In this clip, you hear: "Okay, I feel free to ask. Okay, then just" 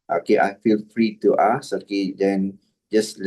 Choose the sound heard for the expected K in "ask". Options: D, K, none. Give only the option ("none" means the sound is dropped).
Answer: none